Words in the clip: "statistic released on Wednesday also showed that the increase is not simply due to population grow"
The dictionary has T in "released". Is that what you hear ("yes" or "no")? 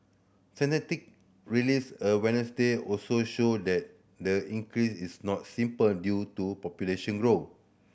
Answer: no